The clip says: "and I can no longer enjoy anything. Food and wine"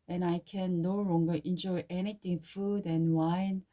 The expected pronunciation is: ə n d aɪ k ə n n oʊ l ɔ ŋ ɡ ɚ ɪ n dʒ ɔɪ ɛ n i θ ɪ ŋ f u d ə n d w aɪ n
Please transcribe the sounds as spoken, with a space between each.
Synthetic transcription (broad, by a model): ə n aɪ k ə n n oʊ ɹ ɔ ŋ ɡ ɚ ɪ n dʒ ɔɪ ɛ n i t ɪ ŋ f u d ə n w aɪ n